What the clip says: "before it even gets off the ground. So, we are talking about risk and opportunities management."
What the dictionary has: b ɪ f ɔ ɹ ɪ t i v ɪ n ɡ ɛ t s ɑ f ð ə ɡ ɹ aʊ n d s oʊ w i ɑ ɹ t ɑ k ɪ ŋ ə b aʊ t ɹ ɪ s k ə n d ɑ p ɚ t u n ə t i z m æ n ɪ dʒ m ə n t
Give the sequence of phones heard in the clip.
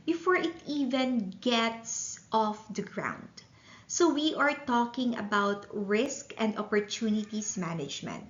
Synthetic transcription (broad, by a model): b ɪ f ɔ ɹ ɪ t i v ɪ n ɡ ɛ t s ɑ f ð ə ɡ ɹ aʊ n d s oʊ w i ɑ ɹ t ɑ k ɪ ŋ ə b aʊ t ɹ ɪ s k ə n d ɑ p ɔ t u n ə t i s m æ n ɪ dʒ m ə n t